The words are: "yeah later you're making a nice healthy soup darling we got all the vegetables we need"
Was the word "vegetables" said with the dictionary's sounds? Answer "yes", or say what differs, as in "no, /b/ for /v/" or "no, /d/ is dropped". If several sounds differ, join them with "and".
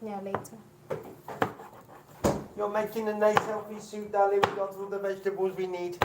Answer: yes